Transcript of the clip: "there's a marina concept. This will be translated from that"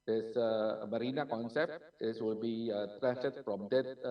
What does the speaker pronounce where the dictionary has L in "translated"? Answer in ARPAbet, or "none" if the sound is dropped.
none